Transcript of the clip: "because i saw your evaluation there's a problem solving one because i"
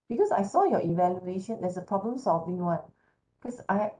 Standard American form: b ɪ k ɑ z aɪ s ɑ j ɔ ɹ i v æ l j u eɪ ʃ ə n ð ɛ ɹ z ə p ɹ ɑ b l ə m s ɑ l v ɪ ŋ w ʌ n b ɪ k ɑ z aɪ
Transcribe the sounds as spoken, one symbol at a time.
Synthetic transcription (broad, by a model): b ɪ k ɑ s aɪ s ɑ j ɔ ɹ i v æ l j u eɪ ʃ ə n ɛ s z ə p ɹ ɑ b l ə m s ɑ l v ɪ ŋ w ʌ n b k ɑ s aɪ